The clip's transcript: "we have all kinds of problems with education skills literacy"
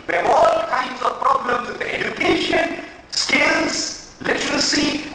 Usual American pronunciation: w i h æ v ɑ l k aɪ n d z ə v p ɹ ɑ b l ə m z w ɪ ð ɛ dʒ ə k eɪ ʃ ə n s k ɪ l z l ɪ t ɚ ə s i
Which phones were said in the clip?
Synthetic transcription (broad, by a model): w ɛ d ɑ l k aɪ n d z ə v p ɹ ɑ b l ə m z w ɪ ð ɛ dʒ ə k eɪ ʃ ə n s k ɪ l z l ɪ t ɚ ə s i